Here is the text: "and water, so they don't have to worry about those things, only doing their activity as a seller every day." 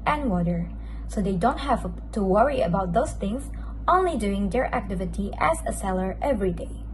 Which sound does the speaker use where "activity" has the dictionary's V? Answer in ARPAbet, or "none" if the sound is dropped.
V